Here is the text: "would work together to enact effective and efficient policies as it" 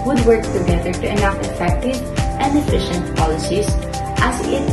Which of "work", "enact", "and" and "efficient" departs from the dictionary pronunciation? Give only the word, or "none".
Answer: enact